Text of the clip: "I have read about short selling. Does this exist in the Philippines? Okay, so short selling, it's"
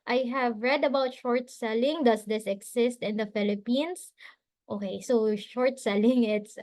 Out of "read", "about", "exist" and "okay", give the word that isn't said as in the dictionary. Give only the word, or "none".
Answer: exist